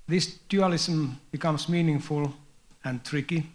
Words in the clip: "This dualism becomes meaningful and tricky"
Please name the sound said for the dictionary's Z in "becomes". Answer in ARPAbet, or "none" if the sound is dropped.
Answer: S